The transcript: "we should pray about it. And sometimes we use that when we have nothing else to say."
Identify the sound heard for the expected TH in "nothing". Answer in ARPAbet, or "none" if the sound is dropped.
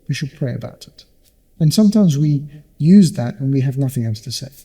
TH